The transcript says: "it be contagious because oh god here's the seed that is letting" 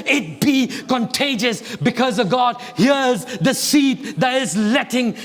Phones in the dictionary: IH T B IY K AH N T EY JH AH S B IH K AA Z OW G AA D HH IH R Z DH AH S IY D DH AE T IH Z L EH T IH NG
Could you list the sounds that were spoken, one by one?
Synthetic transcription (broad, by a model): IH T B IY K AH N T EY JH AH S B IH K AA Z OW G AA D HH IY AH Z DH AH S IY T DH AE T IH Z L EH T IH NG